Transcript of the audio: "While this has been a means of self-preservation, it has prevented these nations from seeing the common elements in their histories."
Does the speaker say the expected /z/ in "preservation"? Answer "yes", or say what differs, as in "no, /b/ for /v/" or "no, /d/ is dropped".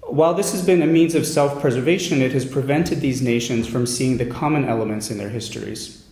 yes